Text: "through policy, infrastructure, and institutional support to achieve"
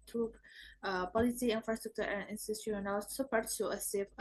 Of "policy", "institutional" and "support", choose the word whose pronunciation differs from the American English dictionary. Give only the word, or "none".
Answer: institutional